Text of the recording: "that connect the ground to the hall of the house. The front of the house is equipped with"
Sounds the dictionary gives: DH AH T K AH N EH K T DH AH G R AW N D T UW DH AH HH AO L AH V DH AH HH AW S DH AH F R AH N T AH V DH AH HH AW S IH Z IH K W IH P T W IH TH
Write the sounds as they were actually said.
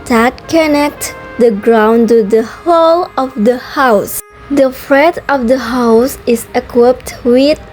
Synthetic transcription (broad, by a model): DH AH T K AH N EH K T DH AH G R AW N T UW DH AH HH AO L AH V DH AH HH AW S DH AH F R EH T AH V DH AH HH AW S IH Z IH K W IH P T W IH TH